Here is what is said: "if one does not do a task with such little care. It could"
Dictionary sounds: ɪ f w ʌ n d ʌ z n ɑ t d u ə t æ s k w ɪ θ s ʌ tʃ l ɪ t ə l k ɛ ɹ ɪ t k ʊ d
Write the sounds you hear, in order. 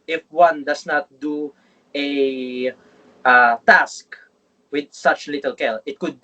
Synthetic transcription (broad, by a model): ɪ f w ʌ n d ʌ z n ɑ t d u ə t æ s k w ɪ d s ʌ tʃ l ɪ t ə l k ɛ l ɪ t k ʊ d